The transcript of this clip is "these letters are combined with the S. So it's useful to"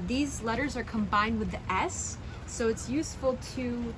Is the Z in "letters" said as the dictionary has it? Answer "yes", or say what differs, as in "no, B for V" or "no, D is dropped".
yes